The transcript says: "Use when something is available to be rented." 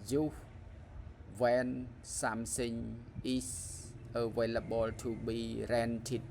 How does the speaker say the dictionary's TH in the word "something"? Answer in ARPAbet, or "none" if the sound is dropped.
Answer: S